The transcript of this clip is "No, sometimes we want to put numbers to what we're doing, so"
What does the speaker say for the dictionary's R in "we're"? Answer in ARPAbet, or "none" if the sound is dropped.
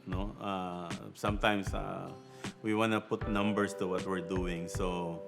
R